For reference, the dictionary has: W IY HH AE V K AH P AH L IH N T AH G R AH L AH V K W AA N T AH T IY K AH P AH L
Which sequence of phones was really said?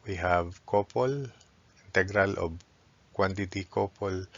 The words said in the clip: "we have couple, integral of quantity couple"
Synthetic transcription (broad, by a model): W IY HH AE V K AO P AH L IH N T AH G R AH L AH B K W AA N T AH T IY K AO P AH L